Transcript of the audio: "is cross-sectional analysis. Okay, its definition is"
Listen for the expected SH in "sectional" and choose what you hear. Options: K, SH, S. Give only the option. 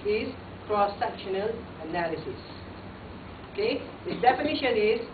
SH